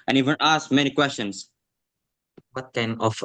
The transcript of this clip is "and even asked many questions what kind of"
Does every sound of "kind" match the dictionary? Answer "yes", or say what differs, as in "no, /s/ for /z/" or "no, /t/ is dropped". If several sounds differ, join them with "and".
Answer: no, /d/ is dropped